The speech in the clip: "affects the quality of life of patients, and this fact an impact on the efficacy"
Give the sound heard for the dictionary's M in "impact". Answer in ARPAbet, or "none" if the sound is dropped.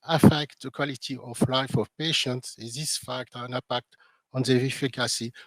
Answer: none